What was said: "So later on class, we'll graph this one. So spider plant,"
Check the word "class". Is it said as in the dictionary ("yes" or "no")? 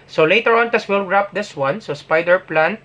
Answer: no